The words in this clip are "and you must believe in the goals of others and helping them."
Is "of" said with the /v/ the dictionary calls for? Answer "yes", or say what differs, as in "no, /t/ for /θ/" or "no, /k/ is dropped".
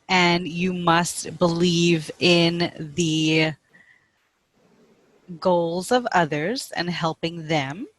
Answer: yes